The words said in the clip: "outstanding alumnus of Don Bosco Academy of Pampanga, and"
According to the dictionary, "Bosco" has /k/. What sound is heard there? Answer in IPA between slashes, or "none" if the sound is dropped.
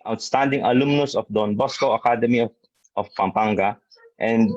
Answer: /k/